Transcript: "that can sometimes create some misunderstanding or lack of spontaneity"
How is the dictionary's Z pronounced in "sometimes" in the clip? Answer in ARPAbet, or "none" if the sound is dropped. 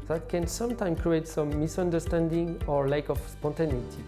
none